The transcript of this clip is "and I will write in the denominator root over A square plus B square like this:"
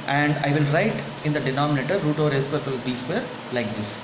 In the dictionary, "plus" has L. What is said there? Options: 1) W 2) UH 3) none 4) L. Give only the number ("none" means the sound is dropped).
3